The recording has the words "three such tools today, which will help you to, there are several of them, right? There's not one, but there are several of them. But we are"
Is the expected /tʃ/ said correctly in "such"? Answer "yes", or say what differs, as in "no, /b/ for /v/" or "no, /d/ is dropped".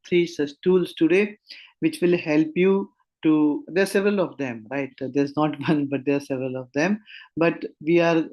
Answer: no, /s/ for /tʃ/